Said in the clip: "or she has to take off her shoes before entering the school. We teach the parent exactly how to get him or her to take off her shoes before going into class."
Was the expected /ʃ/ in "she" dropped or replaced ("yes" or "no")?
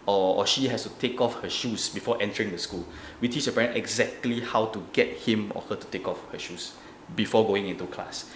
no